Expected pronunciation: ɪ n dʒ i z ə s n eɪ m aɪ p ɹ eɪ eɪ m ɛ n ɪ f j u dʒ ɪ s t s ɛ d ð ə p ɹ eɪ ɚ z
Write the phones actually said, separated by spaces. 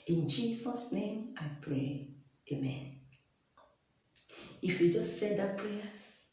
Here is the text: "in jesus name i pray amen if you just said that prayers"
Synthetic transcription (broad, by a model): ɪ n dʒ i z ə s n eɪ m aɪ p ɹ eɪ eɪ m ɛ n ɪ f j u dʒ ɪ s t s ɛ d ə p ɹ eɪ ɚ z